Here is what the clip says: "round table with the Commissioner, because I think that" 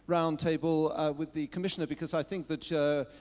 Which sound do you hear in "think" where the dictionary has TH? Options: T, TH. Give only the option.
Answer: TH